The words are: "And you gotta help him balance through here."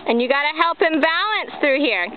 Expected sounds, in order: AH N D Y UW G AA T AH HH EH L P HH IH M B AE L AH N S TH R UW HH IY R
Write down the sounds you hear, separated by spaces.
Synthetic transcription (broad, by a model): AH N Y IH G AA T AH HH EH L P HH IH M B AE L AH N S TH R UW HH IY R